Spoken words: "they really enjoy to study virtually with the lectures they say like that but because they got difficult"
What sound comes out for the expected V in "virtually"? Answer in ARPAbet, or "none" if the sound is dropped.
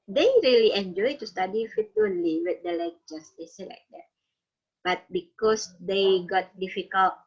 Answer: F